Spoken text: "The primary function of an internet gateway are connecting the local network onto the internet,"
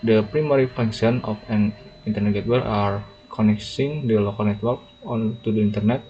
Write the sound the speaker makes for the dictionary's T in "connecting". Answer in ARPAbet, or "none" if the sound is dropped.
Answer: S